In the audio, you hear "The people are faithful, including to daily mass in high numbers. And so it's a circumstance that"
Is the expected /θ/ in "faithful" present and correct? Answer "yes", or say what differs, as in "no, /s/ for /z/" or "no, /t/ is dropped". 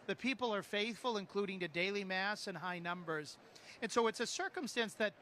yes